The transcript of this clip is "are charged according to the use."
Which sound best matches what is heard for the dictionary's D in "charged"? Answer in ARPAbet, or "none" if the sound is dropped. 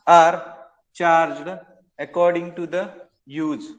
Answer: D